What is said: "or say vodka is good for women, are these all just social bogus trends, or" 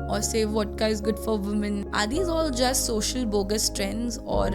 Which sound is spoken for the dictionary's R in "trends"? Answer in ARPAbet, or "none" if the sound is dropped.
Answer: R